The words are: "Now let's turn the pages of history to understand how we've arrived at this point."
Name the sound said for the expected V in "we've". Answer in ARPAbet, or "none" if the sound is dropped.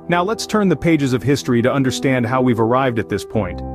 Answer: V